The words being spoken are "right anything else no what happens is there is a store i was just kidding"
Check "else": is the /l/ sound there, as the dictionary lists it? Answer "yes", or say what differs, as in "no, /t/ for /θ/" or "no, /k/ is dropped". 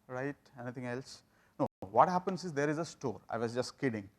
yes